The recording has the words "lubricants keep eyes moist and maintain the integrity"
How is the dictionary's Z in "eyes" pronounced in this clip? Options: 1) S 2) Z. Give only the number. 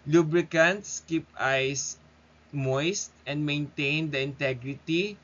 1